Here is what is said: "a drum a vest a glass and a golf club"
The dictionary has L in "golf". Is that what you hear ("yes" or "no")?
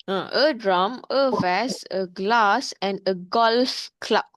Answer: yes